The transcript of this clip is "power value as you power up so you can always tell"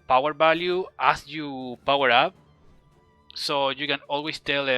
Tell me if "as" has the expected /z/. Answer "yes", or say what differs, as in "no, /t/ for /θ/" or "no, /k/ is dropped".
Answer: no, /s/ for /z/